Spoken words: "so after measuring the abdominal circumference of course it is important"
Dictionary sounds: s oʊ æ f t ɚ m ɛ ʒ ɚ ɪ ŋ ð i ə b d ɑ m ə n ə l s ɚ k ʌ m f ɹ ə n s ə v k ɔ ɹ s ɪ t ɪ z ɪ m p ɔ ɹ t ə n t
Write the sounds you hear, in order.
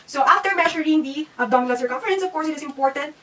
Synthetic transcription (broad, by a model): s oʊ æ f t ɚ m ɛ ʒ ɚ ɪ ŋ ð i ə d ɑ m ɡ l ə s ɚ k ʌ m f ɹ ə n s ə v k ɔ ɹ s ɪ t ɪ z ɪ m p ɔ ɹ t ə n t